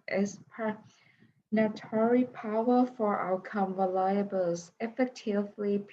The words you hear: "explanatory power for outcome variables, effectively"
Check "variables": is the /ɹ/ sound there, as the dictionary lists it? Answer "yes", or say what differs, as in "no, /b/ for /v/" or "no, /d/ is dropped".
no, /l/ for /ɹ/